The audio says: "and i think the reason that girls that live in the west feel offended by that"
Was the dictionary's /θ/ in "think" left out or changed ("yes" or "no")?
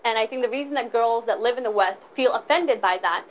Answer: no